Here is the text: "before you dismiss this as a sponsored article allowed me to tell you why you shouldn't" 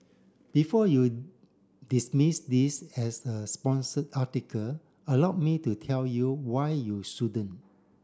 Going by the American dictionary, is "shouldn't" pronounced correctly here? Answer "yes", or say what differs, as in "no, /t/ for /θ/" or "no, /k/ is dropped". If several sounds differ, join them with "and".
no, /t/ is dropped